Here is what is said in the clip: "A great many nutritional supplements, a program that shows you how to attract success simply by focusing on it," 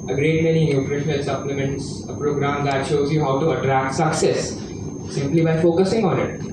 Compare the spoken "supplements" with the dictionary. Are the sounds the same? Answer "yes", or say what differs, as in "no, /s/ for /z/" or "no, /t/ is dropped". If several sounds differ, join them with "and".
yes